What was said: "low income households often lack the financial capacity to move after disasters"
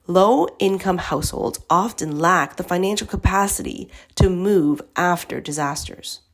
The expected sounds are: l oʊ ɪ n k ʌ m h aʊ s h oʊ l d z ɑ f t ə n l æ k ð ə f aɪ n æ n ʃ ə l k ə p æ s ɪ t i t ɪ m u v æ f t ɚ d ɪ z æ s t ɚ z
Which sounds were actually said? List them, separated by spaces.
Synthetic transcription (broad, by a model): l oʊ ɪ n k ʌ m h aʊ s h oʊ l d z ɑ f t ə n l æ k ð ə f aɪ n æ n ʃ l k ə p æ s ɪ t i t ɪ m u v æ f t ɚ d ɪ z æ s t ɚ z